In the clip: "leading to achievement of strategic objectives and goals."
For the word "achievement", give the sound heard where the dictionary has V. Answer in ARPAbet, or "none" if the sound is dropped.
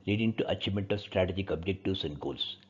none